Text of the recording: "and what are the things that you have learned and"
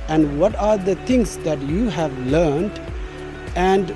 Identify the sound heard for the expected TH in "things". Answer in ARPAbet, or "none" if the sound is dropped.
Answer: T